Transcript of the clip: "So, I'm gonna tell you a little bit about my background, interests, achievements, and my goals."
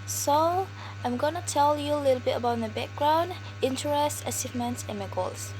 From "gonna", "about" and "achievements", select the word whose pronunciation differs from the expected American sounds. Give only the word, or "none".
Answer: achievements